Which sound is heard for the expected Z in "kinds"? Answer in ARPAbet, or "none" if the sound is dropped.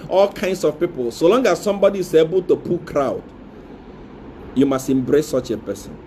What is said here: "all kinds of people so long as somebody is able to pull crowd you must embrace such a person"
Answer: S